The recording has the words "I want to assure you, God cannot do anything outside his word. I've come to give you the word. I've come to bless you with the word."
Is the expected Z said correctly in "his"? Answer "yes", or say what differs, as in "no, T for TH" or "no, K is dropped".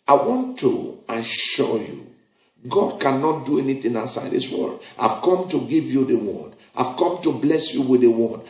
no, S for Z